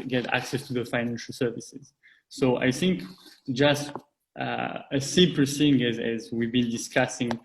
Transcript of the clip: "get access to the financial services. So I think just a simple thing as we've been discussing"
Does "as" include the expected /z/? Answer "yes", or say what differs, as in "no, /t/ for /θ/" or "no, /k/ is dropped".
yes